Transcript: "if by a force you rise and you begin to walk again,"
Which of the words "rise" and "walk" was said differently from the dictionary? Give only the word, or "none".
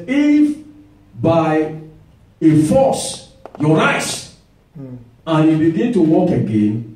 rise